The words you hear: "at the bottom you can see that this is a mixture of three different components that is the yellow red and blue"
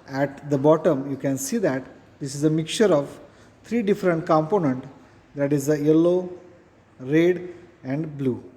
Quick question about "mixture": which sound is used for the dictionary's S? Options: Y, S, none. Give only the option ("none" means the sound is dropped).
none